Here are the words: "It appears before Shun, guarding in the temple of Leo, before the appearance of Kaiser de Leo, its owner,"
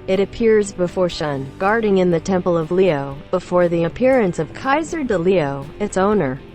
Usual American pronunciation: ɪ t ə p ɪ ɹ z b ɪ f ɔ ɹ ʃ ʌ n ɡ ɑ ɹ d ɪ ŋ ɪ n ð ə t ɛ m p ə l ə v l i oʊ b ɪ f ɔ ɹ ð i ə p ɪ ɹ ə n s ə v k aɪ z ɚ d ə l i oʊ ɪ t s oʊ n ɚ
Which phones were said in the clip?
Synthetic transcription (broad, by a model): ɪ t ə p ɪ ɹ z b ɪ f ɔ ɹ ʃ ʌ n ɡ ɑ ɹ d ɪ ŋ ɪ n ð ə t ɛ m p ə l ə v l i oʊ b ɪ f ɔ ɹ ð i ə p ɪ ɹ ə n s ə v k aɪ z ɚ d ə l i oʊ ɪ t s oʊ n ɚ